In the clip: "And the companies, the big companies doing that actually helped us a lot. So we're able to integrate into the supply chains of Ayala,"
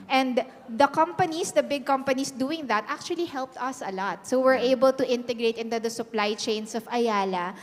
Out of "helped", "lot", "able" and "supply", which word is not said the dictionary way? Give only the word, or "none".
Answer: none